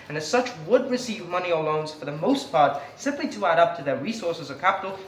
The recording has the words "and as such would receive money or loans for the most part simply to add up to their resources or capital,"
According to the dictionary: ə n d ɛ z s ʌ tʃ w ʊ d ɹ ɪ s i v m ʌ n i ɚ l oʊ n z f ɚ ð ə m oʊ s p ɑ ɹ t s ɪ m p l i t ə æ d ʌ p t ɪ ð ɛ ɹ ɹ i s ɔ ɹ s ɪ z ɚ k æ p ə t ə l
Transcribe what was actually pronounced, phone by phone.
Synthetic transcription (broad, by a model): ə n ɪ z s ʌ tʃ w ʊ d ɹ ɪ s i v m ʌ n i ɚ l oʊ n z f ɚ ð ə m oʊ s p ɑ ɹ t s ɪ m p l i t ə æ d ʌ p t ɪ ð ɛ ɹ ɹ i s ɔ ɹ s ɪ z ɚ k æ p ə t l